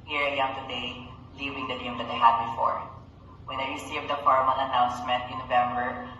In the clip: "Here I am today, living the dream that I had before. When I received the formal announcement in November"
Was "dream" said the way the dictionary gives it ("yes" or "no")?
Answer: no